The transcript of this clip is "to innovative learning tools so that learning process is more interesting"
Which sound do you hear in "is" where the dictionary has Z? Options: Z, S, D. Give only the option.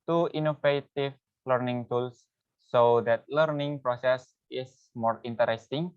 S